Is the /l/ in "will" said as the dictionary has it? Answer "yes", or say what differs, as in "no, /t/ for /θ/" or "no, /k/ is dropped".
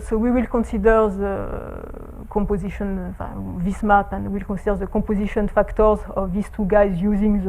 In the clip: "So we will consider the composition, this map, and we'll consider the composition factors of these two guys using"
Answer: yes